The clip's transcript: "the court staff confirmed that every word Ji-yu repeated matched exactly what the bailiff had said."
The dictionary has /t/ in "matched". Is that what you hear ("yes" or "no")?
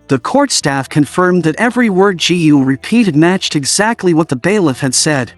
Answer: yes